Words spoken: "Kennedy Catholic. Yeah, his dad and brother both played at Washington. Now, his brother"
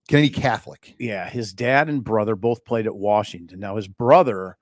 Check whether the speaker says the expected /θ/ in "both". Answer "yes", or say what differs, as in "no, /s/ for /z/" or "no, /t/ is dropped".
yes